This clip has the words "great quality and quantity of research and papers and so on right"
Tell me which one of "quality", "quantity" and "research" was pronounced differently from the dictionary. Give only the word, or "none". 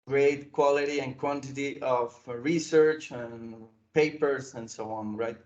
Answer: none